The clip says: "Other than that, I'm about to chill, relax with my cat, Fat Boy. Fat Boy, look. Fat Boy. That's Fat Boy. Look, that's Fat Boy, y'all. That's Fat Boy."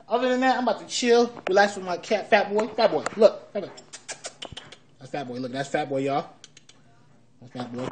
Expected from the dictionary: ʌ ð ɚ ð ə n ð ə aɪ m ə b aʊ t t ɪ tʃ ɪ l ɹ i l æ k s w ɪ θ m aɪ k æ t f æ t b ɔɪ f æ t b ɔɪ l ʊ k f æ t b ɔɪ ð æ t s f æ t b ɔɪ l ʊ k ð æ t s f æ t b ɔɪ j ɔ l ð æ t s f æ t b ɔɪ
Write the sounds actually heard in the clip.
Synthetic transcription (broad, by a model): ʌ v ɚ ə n ð ə aɪ m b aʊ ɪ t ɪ tʃ ɪ l w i l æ s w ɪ m aɪ k æ t f æ t b ɔɪ f æ t b ɔɪ l ʊ k f æ t b ɔɪ ð æ t s f æ t b ɔɪ l ʊ k ð æ t s f æ t b ɔɪ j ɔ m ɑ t f æ t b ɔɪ